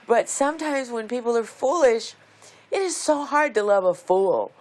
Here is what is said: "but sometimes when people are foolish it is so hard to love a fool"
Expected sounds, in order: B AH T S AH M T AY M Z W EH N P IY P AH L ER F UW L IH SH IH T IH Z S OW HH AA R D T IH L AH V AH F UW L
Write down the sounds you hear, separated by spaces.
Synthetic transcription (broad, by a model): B AH T S AH M T AY M Z W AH N P IY P L ER F UW L IH SH IH T IH Z S OW HH AA R D T IH L AH V AH F UW L